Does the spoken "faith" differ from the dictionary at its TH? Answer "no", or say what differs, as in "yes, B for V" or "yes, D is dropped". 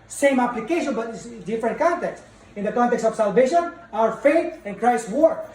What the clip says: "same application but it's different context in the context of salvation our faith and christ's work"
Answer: yes, T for TH